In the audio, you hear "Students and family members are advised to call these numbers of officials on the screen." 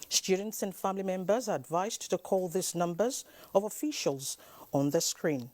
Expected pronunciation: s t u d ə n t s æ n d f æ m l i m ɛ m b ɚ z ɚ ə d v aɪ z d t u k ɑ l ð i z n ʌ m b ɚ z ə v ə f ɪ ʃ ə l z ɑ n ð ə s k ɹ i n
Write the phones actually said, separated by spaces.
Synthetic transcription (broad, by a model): s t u d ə n t s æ n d f æ m l i m ɛ m b ɚ z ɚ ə d v aɪ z t u k ɑ l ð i s n ʌ m b ɚ z ə v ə f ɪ ʃ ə l z ɑ n ð ə s k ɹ i n